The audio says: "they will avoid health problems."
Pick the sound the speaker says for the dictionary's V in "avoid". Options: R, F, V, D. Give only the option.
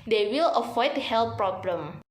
F